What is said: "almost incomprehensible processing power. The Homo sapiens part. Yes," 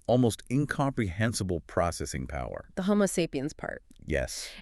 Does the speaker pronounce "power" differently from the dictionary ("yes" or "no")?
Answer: no